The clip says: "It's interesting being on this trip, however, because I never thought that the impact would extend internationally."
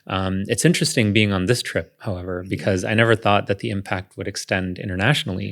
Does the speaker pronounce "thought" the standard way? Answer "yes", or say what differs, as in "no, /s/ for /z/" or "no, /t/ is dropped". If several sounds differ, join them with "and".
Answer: yes